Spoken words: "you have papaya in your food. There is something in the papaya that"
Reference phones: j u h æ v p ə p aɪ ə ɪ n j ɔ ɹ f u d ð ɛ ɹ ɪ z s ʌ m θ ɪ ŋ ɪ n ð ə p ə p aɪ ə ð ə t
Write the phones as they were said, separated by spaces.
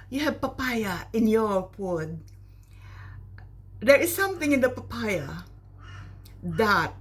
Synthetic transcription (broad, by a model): j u h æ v p ə p aɪ ə ɪ n j ɔ ɹ p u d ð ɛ ɹ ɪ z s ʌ m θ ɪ ŋ ɪ n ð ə p ə p aɪ ə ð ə t